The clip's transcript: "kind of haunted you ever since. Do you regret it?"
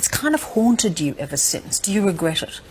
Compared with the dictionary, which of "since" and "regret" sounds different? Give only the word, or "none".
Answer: none